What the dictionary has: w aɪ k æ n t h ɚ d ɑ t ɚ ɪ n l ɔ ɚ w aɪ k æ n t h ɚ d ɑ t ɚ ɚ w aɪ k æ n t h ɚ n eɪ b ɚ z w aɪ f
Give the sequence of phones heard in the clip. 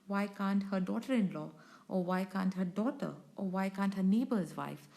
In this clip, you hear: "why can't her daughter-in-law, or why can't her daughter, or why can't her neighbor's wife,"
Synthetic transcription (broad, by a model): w aɪ k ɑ n t h ɚ d ɑ t ɚ ɪ n l ɔ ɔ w aɪ k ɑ n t h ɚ d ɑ t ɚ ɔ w aɪ k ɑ n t h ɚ n eɪ b ɚ z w aɪ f